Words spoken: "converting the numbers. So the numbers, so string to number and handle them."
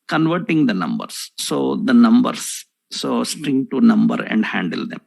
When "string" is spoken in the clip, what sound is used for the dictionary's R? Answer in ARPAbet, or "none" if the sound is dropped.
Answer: R